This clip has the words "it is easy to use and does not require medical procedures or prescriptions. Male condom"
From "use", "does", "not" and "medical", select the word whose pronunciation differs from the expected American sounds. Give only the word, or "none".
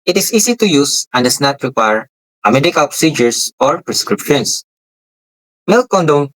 does